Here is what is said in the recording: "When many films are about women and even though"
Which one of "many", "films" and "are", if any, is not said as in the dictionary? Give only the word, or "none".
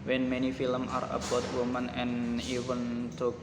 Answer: films